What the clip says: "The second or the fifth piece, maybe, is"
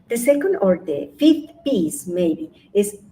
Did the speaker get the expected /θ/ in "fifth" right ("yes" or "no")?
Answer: no